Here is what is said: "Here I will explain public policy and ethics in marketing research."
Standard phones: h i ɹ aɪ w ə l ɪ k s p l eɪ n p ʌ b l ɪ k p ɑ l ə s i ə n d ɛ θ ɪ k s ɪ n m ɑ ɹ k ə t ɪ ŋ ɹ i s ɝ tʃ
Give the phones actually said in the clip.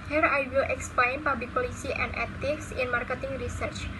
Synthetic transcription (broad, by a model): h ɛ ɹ aɪ w ə l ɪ k s p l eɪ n p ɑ b ɪ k p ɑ l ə s i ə n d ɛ t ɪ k s ɪ n m ɑ ɹ k ə t ɪ ŋ ɹ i s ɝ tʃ